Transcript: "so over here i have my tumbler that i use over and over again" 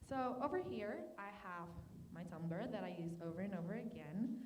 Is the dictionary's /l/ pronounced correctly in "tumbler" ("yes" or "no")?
no